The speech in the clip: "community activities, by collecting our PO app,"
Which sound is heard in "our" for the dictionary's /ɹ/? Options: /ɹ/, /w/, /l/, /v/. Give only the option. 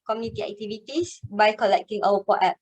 /w/